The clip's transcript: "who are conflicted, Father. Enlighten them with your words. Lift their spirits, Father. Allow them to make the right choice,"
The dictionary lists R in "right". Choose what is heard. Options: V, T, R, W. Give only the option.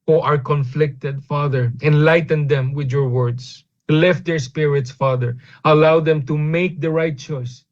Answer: R